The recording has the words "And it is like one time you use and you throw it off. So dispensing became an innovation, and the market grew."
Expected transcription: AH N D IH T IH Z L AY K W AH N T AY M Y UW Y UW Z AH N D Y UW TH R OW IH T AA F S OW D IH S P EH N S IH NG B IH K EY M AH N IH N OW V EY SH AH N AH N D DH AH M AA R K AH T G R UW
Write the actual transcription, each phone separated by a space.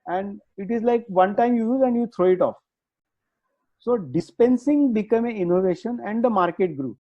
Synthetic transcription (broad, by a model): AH N D IH T IH Z L AY K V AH N T AY M Y UW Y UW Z AH N D Y UW T R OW IH T AA F S OW D IH S P EH N S IH NG B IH K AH M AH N IH N OW V EY SH AH N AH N D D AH M AA R K AH T G R UW